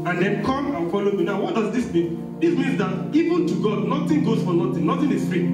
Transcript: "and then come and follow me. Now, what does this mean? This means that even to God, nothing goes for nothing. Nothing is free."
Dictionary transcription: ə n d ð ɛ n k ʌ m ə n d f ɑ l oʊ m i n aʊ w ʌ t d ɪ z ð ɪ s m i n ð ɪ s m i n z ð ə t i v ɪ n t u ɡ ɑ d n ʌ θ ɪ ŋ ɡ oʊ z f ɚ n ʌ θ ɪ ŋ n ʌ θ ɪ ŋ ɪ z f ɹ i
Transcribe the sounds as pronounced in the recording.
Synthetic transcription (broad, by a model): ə n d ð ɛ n k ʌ m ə n f ɑ l oʊ m i n aʊ w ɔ t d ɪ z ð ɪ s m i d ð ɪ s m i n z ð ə t i v ɪ n t u ɡ ɑ d n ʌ t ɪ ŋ ɡ oʊ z f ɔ n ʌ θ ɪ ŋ n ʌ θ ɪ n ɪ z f ɹ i